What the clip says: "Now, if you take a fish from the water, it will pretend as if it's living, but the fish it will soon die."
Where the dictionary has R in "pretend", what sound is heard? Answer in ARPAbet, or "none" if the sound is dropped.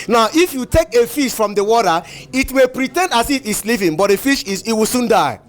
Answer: R